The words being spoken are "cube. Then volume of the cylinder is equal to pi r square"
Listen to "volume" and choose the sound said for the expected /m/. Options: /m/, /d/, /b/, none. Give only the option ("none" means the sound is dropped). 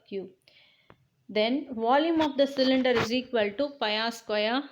/m/